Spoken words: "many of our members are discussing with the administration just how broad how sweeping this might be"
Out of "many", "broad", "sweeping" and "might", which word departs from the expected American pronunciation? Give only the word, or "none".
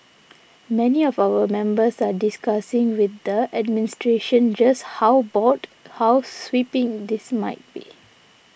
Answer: broad